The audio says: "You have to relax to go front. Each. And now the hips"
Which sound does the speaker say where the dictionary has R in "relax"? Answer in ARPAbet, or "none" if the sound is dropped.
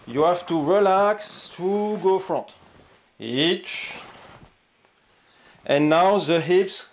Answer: R